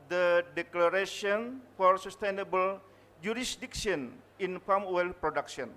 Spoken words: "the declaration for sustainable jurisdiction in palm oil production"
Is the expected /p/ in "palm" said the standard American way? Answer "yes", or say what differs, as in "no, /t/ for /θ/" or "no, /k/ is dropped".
no, /f/ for /p/